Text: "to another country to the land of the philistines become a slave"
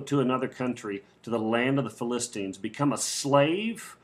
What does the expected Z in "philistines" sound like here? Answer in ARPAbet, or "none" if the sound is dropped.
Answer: Z